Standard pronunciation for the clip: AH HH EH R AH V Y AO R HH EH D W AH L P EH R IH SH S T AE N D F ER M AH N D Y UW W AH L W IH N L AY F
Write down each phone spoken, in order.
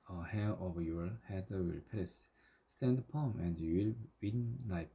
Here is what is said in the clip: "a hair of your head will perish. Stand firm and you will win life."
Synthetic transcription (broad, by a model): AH HH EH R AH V Y AO R HH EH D W AH L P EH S S T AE N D P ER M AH N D Y UW W AH L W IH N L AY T